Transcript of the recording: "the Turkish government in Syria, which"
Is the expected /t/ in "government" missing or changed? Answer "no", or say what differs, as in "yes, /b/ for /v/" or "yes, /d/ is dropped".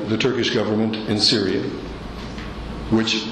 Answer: no